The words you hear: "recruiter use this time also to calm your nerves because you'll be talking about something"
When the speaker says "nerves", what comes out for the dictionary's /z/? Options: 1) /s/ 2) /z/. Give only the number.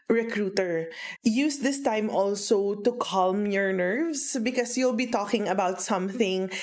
1